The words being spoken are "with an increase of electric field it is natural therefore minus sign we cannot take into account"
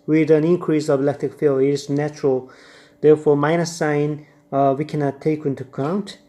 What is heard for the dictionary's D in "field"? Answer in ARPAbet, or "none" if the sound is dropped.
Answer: none